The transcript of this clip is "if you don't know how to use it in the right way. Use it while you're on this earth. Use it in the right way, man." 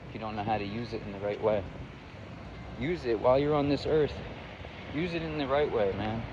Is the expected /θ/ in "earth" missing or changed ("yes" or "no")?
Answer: no